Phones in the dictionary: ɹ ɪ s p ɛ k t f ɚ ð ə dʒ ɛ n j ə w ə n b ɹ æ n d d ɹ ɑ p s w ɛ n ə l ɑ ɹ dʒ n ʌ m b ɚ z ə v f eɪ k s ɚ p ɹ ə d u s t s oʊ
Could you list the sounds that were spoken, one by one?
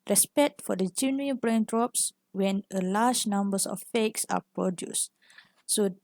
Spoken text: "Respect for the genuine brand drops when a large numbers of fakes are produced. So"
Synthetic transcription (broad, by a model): ɹ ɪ s p ɛ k t f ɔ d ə dʒ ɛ n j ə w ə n b ɹ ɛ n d d ɹ ɑ p s w ɛ n ə l ɑ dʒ n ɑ m b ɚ s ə f f eɪ k s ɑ p ɹ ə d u s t s oʊ